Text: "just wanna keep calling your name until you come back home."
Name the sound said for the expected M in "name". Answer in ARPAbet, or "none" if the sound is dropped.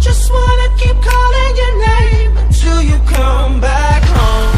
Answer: none